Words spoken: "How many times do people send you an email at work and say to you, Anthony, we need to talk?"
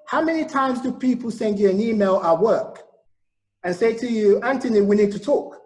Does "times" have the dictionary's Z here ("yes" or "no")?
yes